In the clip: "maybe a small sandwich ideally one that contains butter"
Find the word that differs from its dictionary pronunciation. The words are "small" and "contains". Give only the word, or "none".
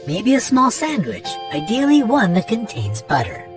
none